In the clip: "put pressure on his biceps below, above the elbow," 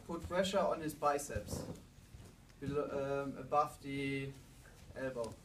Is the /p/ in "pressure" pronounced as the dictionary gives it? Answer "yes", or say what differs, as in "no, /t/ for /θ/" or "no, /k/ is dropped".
no, /f/ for /p/